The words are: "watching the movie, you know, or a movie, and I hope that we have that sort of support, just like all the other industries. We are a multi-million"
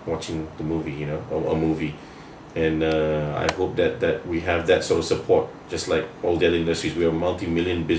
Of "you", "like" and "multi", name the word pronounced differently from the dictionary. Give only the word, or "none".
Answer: multi